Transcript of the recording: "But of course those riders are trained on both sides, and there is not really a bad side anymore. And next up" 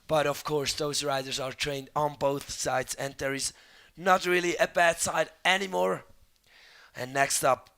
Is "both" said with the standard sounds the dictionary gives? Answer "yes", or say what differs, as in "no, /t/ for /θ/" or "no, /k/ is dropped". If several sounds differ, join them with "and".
yes